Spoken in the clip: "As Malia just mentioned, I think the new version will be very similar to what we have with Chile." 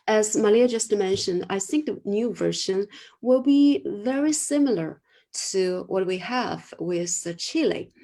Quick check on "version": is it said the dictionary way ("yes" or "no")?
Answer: no